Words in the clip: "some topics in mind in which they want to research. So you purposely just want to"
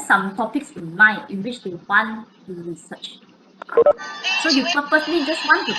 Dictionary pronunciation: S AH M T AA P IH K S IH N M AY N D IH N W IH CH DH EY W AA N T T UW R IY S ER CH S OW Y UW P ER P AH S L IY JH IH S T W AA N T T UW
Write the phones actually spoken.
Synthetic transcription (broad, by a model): S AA M T AA P IH K S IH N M AY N IH N W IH CH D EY W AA N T T UW R IY S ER CH S OW Y UW P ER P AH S L IY JH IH S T W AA N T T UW